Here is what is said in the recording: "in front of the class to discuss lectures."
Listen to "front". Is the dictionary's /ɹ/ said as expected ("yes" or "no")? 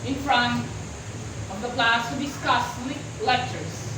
yes